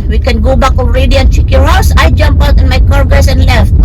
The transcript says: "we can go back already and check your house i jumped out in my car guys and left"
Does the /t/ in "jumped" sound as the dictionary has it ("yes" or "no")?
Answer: no